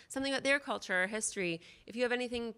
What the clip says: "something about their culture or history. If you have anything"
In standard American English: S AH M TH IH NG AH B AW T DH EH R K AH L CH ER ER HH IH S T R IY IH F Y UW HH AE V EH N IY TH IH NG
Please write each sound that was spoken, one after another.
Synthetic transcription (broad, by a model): S AH M TH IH NG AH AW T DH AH R K AH L CH ER ER HH IH S T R IY IH F Y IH V EH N IY TH IH NG